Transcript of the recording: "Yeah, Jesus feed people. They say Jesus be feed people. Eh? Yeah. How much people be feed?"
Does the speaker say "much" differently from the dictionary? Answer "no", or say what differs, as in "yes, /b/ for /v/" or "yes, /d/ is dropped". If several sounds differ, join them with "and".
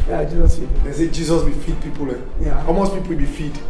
yes, /s/ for /tʃ/